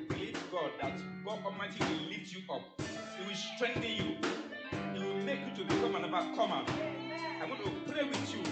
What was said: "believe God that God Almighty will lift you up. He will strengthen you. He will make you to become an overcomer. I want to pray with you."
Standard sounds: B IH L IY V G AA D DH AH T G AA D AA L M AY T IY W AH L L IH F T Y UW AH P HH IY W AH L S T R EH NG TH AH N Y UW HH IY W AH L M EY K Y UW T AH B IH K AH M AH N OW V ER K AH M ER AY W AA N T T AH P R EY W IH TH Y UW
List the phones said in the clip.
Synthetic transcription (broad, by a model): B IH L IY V G AA D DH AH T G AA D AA M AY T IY W AH L L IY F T Y UW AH P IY W AH L S T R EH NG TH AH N Y UW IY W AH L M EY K Y UW T AH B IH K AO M AH N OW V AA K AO M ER AY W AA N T T AH P R EY W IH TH Y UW